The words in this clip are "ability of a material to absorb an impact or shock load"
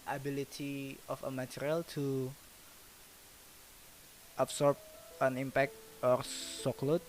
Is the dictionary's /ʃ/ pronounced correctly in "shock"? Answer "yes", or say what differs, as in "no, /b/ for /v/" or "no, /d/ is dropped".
no, /s/ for /ʃ/